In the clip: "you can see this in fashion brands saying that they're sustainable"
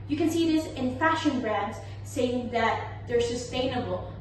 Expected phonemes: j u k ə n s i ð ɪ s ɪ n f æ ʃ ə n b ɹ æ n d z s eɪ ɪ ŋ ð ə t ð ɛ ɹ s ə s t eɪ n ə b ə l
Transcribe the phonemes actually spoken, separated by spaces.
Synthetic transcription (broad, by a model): j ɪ k ə n s i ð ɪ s ɪ n f æ ʃ ə n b ɹ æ n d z s eɪ ɪ ŋ ð ə t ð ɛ ɹ s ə s t eɪ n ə b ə l